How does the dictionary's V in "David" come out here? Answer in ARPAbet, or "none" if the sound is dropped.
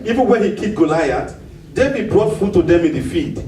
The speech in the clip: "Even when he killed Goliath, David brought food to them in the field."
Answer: B